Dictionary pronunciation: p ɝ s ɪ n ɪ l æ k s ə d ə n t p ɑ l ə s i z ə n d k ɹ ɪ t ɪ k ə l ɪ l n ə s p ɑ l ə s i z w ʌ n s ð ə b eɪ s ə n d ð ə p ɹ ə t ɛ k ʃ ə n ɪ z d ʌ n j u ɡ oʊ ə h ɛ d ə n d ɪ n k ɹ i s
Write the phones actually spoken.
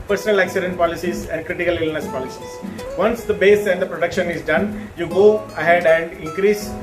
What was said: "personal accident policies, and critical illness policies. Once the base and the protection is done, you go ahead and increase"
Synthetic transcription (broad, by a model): p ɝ s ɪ n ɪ l æ k s ə d ə n t p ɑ l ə s i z ə n d k ɹ ɪ t ɪ k ə l ɪ l n ə s p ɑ l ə s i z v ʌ n s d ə b eɪ s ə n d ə p ɹ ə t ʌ k ʃ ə n ɪ z d ʌ n j u ɡ oʊ ə h ɛ d ə n d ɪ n k ɹ i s